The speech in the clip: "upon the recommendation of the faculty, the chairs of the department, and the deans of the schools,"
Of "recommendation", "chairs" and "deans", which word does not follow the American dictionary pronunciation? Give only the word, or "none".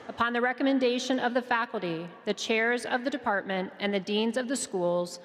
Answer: none